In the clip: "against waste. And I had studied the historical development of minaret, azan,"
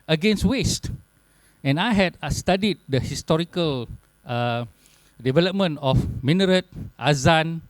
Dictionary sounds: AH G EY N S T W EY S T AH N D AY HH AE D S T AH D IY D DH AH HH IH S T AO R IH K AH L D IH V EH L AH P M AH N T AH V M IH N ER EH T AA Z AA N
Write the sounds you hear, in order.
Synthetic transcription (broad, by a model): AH G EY N S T W EY S T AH N AY HH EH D S T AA D IY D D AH HH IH S T AO R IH K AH L D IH V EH L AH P M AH N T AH F M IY N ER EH T AA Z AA N